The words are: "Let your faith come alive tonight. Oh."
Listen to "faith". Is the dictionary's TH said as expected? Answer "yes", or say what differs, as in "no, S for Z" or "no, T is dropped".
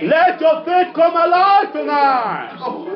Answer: no, T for TH